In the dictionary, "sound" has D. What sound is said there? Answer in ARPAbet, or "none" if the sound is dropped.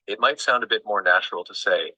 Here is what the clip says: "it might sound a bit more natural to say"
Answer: D